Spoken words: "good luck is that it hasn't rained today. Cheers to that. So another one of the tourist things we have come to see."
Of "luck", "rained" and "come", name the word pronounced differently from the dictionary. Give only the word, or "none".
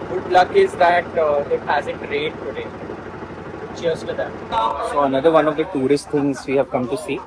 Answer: rained